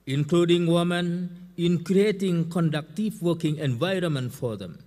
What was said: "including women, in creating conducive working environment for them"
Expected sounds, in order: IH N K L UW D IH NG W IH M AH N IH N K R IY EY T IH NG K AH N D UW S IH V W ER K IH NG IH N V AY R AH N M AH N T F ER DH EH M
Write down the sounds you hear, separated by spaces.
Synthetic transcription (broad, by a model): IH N K L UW D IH NG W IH M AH N IH N K R IY EY T IH NG K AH N D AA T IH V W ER K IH NG IH N V AY R AH N M AH N T F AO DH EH M